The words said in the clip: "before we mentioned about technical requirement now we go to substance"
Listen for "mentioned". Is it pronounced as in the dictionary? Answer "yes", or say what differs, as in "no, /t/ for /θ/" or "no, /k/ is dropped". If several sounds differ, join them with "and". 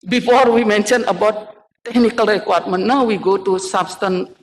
no, /d/ is dropped